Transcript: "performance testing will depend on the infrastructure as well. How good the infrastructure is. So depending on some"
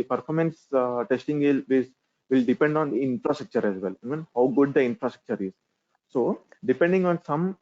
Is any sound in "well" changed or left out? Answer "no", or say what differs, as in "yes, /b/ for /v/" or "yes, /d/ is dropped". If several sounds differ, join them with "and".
yes, /n/ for /l/